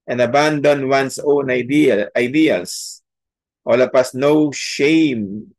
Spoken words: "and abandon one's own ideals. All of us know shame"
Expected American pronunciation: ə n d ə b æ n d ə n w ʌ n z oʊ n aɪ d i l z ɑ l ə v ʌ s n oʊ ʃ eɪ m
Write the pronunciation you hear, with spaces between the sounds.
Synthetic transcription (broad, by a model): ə n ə b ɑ n d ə n w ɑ n s oʊ n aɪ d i l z ɑ l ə p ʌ s n oʊ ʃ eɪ m